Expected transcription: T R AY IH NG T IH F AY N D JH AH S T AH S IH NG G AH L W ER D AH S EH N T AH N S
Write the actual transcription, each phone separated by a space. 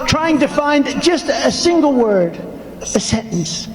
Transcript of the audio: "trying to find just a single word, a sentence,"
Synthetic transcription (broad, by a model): T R AY IH NG T IH F AY N D JH AH S T AH S IH NG G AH L W ER D AH S EH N T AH N S